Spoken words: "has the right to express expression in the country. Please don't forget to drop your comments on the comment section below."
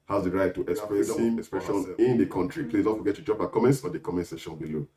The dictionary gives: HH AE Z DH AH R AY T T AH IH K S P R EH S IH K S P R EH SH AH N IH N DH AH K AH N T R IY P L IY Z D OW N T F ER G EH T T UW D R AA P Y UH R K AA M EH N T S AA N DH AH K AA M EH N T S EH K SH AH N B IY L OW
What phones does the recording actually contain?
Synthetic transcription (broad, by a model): HH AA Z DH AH R AY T T AH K S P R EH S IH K S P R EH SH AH N IH N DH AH K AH N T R IY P L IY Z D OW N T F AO G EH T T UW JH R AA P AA K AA M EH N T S AA N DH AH K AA M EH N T S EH SH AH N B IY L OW